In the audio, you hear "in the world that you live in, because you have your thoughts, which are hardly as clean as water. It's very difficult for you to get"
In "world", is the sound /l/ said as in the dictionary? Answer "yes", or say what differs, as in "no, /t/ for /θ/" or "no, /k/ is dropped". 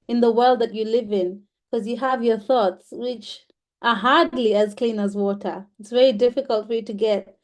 yes